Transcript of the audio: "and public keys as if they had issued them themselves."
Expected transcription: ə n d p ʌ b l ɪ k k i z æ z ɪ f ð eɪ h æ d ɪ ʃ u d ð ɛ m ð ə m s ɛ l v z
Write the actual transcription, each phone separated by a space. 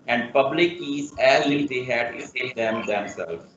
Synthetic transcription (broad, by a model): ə n d p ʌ b l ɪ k k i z æ z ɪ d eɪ h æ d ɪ s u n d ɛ m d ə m s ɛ l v